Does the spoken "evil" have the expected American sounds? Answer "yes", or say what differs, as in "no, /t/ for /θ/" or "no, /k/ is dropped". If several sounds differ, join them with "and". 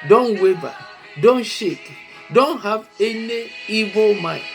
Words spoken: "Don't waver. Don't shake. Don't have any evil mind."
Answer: yes